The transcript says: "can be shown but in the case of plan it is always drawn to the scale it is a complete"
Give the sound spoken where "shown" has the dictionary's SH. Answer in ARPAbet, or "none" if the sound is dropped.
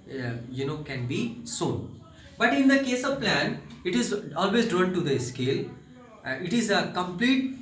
S